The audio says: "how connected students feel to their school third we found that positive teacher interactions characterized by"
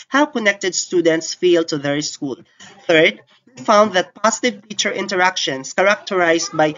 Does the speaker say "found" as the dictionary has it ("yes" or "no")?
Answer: yes